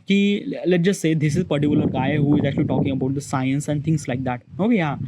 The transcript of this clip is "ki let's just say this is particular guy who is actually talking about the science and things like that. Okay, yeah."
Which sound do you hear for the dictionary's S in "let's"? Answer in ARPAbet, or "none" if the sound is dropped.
none